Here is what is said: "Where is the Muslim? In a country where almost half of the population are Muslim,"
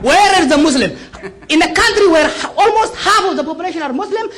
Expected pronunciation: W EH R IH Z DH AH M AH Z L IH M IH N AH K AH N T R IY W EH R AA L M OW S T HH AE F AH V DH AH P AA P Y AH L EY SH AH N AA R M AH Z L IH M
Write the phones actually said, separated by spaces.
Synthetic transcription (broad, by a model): W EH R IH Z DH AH M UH S L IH M IH N AH K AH N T R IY W EH R AA L M OW S T HH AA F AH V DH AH P AA P Y AH L EY SH AH N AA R M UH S L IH M